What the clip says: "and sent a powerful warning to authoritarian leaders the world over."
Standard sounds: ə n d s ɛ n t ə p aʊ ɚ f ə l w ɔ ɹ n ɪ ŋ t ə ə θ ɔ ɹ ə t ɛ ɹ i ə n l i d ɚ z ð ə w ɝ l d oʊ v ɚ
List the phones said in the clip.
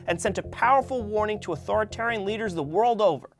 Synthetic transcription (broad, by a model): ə n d s ɛ n t ə p aʊ ɚ f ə l w ɔ ɹ n ɪ ŋ t ə ə θ ɔ ɹ ə t ɛ ɹ i ə n l i d ɚ z ð ə w ɝ l d oʊ v ɚ